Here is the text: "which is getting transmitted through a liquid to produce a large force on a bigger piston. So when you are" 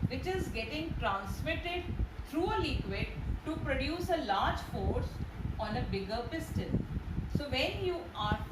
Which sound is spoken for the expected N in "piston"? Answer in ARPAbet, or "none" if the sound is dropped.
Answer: L